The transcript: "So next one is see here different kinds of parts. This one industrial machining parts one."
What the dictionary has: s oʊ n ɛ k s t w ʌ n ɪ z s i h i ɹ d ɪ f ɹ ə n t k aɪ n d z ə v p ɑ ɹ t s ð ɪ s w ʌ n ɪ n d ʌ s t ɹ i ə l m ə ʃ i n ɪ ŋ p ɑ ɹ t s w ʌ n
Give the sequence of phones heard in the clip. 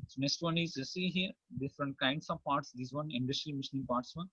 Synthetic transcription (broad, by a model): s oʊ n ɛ s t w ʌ n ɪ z s i h i ɹ d ɪ f ɹ ə n t k aɪ n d s ə v p ɑ ɹ t s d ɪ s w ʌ n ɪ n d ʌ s t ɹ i m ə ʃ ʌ n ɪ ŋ p ɑ ɹ t s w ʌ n